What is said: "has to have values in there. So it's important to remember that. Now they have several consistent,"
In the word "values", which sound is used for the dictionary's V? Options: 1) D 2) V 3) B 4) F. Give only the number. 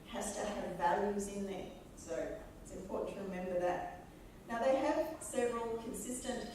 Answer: 2